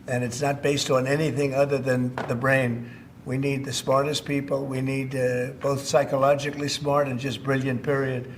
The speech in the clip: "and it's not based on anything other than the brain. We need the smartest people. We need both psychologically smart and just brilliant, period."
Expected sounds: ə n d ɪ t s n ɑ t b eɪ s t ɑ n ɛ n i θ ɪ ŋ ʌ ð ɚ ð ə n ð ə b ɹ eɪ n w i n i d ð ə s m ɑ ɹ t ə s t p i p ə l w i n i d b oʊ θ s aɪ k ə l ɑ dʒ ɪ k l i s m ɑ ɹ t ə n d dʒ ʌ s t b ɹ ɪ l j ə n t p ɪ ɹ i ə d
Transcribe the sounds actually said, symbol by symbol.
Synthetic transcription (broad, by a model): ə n ɪ t s n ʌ t b eɪ s t n ɛ n i θ ɪ ŋ ʌ ð ɚ ð ə n ð ə b ɹ eɪ n w i n i d ð ə s m ɑ ɹ t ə s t p i p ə l w i n i d b oʊ θ s aɪ k ə l ɑ dʒ ɪ k l i s m ɑ ɹ t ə n dʒ ʌ s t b ɹ ɪ l j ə n p ɪ ɹ i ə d